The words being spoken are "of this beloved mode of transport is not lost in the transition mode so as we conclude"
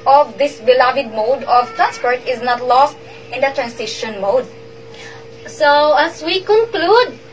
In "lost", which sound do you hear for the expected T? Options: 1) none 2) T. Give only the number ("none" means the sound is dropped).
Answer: 2